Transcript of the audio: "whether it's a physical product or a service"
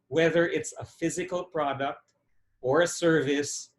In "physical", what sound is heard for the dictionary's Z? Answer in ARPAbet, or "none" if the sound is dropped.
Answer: Z